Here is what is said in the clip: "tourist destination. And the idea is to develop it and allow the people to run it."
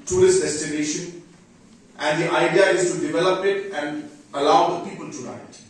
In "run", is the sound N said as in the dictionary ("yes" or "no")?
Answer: no